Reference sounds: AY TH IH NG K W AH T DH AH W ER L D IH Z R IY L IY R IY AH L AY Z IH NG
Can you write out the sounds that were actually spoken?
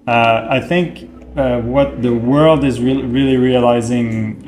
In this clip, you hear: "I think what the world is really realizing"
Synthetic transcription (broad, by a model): AY TH IH NG K W AH T DH AH W ER L D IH Z R IY L IY R IY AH L AY Z IH NG